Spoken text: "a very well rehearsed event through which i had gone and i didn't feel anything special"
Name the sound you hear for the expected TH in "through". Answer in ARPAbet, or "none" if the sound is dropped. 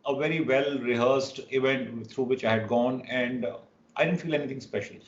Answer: T